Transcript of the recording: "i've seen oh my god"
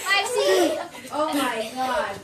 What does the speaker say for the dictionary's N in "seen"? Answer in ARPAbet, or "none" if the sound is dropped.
none